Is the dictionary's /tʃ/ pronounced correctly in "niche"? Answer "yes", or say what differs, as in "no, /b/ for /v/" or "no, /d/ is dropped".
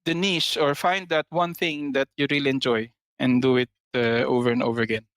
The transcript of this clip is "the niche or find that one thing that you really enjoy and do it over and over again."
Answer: no, /s/ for /tʃ/